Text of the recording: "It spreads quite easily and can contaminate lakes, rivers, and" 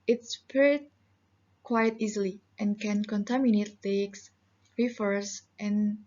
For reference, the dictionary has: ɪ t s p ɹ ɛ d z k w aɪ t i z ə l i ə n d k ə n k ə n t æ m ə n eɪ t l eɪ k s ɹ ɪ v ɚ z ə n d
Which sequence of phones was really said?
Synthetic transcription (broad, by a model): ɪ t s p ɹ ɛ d k w aɪ t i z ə l i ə n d k ə n k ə n t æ m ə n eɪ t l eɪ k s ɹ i f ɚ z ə n